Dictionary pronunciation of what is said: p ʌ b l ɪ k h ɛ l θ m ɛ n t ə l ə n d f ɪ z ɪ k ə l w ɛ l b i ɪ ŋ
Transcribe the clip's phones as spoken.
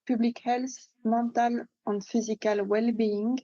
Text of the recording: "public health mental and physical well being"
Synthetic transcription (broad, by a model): p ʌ b l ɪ k h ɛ l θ m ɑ t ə l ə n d f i z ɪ k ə l w ɛ l b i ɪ ŋ